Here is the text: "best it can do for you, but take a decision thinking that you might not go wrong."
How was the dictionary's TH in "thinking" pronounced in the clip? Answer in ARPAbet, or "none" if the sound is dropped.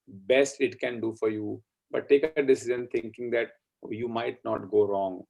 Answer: T